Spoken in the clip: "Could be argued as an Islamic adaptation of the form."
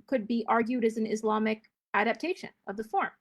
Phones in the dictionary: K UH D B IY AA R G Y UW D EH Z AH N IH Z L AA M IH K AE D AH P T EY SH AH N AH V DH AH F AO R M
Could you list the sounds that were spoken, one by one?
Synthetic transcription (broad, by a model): K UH D B IY AA R G Y UW D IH Z N IH Z L AA M IH K AE D AH P T EY SH AH N AH V DH AH F AO R M